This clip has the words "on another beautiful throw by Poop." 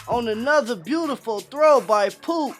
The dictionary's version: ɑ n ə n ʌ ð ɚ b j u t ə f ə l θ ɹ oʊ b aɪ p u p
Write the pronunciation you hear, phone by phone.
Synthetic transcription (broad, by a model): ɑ n ə n ʌ ð ɚ b j u t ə f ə l θ ɹ oʊ b aɪ p u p